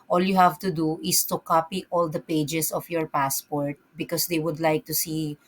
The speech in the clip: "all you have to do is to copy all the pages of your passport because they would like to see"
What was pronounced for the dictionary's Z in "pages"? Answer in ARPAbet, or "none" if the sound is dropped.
S